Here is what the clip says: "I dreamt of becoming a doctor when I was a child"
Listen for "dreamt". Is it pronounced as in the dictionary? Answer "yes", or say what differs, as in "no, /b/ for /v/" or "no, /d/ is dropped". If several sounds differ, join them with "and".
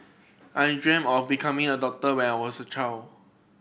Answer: no, /t/ is dropped